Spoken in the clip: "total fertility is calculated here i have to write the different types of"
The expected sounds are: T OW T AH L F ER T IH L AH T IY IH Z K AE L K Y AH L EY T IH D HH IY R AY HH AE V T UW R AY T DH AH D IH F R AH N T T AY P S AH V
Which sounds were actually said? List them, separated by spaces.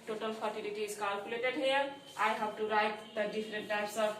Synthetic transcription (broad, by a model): T OW T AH L P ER T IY L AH T IY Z K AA L K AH L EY T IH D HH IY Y AY HH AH B T UW R AY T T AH D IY P R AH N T T AY P S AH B